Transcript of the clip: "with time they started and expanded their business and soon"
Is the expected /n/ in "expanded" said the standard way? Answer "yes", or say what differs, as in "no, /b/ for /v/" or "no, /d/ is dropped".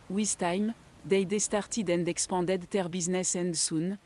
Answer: no, /n/ is dropped